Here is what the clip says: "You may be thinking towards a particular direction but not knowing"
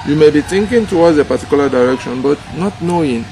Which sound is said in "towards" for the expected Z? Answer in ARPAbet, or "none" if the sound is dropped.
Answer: none